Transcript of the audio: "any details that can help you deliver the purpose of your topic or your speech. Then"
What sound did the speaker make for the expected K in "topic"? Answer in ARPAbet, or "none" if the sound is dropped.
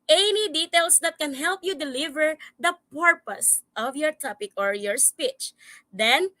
K